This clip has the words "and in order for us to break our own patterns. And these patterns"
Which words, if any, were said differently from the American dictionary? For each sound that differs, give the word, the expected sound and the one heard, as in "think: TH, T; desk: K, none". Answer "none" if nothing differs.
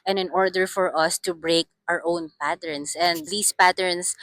patterns: Z, S; these: Z, S